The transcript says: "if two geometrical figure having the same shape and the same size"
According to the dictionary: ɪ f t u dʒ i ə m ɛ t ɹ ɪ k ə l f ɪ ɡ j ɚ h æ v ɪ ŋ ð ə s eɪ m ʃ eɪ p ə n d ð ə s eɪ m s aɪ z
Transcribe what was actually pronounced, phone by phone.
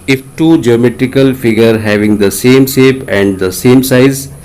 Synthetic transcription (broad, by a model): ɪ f t u dʒ i ə m ɛ t ɹ ɪ k ə l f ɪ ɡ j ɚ h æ v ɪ ŋ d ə s eɪ m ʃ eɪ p ə n d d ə s eɪ m s aɪ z